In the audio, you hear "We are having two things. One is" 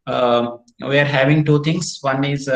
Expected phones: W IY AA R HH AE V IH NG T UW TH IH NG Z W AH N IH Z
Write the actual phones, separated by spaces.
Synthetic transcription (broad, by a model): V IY AA R HH AE V IH NG T UW T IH NG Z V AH N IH Z